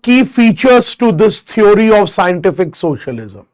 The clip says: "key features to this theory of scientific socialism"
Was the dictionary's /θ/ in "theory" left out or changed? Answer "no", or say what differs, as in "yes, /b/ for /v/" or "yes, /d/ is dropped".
yes, /t/ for /θ/